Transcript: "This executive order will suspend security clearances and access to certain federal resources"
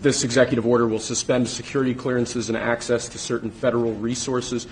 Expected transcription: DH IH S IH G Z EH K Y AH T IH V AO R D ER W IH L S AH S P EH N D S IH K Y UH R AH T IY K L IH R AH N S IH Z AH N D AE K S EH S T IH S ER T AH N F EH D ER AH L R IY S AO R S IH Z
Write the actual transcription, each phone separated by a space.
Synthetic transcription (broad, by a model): DH IH S IH G Z EH K Y AH T IH V AO R D ER W IH L S AH S P EH N D S IH K Y UH R AH T IY K L IH R AH N S IH Z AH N AE K S EH S T IH S ER T N F EH D ER L R IY S AO R S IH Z